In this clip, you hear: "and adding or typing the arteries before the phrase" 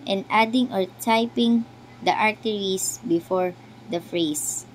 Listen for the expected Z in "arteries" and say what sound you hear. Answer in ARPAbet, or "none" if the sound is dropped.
S